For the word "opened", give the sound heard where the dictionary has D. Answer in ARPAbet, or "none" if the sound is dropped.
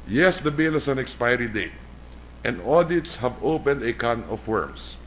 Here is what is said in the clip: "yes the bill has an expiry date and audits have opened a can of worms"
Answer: D